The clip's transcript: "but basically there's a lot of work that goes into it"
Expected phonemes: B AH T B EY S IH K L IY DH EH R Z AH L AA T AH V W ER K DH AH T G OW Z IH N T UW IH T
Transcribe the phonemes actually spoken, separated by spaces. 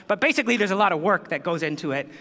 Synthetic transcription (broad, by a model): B AH T B EY S IH K L IY DH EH R Z AH L AA T AH V W ER K DH AH T G OW Z IH N T UW IH T